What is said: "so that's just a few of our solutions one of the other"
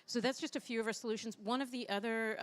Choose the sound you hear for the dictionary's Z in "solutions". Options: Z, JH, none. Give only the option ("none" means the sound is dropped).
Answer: Z